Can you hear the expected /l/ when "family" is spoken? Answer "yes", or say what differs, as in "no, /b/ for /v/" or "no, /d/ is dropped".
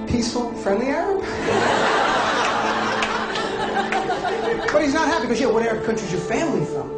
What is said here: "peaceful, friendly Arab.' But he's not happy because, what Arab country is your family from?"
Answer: yes